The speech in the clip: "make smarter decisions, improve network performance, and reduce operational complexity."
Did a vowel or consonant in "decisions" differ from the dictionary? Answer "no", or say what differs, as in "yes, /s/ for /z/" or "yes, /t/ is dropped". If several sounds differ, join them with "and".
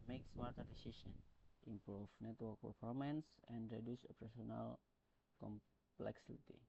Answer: yes, /s/ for /ʒ/